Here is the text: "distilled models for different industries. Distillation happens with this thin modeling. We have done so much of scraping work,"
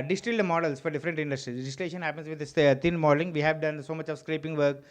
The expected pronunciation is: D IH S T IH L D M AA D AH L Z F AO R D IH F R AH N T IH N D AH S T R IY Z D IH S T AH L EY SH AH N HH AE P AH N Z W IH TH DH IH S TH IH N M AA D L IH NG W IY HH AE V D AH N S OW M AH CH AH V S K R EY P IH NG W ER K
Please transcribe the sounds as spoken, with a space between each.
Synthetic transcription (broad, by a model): D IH S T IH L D M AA D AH L S F AO R D IH F R AH N T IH N D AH S T R IY D IH S T AH L EY SH AH N HH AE P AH N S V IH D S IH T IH N M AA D L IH NG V IY HH AE V D AH N S OW M AH CH AH V S K R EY P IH NG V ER K